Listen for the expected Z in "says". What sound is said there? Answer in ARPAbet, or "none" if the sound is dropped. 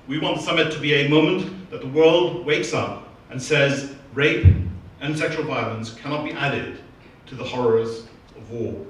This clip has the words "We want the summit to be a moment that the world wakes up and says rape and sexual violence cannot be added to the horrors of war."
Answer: Z